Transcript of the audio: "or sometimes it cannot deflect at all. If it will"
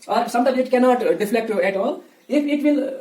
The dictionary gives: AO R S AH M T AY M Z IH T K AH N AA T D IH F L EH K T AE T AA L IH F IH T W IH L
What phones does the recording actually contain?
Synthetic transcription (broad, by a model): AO R S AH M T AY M IH T K AH N AA T D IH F L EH K T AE T AA L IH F IH T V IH L